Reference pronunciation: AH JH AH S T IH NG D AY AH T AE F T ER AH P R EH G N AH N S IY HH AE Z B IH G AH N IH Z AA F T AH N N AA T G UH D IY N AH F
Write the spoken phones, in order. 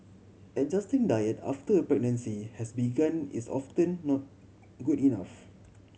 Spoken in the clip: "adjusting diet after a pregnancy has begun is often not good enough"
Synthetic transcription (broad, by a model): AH JH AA S T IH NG D AY AH T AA F T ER AH P R EH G N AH N S IY HH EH S B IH G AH N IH S AA F T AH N N AA T G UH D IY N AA F